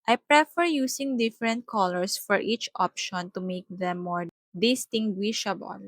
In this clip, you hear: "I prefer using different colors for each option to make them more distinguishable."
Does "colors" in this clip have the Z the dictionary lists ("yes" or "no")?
no